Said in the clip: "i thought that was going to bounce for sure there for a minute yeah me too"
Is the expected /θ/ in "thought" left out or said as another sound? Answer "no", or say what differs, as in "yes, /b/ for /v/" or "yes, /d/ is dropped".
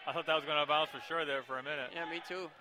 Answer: no